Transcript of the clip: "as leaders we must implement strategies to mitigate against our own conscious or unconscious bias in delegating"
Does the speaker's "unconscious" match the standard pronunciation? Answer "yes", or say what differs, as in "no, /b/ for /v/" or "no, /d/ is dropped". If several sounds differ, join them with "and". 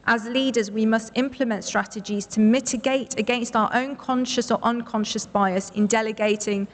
yes